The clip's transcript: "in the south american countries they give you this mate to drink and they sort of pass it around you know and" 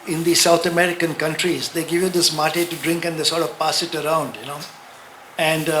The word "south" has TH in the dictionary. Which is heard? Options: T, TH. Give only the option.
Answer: T